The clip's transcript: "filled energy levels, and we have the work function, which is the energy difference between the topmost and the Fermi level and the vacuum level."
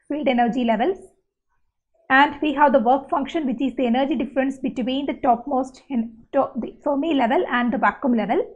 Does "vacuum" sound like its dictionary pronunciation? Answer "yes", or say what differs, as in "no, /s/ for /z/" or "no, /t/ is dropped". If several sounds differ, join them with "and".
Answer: no, /b/ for /v/